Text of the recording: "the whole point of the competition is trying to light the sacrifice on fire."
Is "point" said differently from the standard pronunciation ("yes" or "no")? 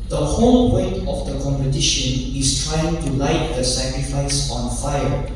yes